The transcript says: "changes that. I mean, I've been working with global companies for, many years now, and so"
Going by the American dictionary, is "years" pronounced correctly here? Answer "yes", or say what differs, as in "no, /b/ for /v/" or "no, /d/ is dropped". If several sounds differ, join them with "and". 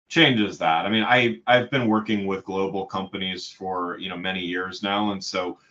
yes